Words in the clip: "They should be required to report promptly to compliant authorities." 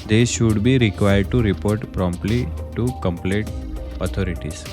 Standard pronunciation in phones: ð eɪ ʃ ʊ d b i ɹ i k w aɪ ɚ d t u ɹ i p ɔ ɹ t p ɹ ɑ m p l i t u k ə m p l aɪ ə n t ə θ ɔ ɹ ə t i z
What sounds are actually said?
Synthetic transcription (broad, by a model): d eɪ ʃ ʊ d b i ɹ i k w aɪ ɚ d t u ɹ i p ɔ ɹ t p ɹ ɑ m p l i t u k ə m p l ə t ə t ɔ ɹ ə t i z